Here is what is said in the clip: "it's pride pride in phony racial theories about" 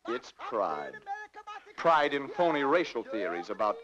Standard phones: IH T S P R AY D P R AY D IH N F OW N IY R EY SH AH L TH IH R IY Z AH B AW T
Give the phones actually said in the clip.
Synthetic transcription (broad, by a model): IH T S P R AY D P R AY D IH N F OW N IY R EY SH L TH IH R IY Z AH B AW T